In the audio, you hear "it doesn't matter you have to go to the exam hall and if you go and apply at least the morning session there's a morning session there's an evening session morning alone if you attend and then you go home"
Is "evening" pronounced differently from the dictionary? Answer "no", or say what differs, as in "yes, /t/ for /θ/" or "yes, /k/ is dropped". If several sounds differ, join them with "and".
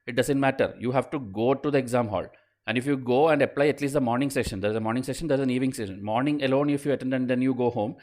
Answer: yes, /n/ is dropped